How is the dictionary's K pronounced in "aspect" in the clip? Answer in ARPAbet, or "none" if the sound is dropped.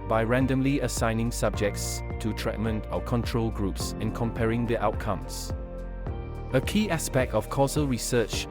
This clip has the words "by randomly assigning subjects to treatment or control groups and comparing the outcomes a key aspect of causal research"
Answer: K